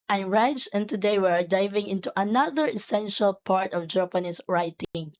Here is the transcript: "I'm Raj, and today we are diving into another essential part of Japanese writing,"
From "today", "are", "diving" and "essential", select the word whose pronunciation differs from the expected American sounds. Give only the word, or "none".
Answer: none